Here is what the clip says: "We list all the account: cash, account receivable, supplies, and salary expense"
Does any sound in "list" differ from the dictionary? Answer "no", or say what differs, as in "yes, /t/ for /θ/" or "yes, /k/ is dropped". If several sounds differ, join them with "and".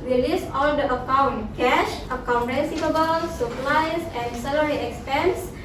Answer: yes, /t/ is dropped